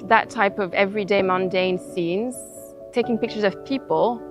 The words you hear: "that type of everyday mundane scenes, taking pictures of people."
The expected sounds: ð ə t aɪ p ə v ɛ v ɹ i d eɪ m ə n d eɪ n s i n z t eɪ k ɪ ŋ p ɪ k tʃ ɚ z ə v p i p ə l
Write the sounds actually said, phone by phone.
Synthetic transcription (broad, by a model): ð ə t aɪ p ə v ɛ v ɹ i d eɪ m ə n d eɪ n s i n z t eɪ k ɪ ŋ p ɪ k tʃ ɚ z ə v p i p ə l